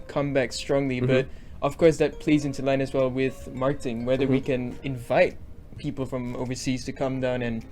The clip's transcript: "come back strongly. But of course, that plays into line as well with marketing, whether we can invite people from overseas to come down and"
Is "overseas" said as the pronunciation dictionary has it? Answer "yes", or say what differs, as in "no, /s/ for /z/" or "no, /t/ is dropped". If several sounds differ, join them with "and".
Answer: yes